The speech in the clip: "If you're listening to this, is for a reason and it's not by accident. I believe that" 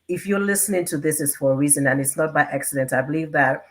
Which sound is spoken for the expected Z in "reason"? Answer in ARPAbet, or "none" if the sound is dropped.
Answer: Z